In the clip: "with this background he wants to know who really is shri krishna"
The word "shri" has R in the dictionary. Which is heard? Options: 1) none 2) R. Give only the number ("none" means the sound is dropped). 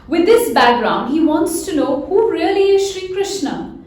2